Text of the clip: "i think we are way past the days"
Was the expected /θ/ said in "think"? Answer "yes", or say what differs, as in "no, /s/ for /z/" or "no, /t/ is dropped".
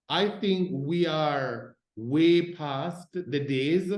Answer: yes